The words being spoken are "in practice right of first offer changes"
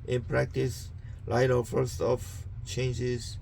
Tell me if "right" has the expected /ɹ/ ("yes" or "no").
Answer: no